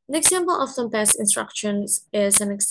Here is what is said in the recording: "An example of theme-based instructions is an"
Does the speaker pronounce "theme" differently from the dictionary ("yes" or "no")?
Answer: yes